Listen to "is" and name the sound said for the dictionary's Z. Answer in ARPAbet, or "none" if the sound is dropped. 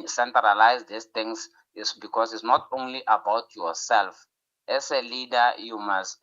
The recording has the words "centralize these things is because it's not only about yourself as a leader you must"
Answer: S